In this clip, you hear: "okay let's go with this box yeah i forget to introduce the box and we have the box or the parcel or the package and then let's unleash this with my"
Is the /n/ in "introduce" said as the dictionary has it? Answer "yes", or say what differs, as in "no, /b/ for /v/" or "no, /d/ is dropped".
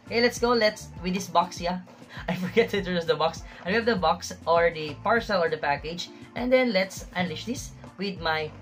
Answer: no, /n/ is dropped